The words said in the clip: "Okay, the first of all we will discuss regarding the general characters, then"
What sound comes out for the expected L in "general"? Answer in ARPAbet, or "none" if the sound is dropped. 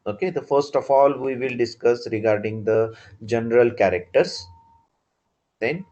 L